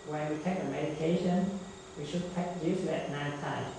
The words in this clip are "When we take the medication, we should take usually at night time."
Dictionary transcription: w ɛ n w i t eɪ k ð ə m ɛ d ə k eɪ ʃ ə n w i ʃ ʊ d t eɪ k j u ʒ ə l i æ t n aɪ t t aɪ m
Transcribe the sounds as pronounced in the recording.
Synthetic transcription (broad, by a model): w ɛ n w i t eɪ k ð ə m ɛ d ə k eɪ ʃ ə n w i ʃ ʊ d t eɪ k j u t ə i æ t n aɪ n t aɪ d